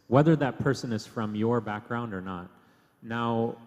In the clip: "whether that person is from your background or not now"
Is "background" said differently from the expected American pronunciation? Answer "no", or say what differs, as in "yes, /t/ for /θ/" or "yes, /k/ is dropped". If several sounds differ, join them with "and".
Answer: no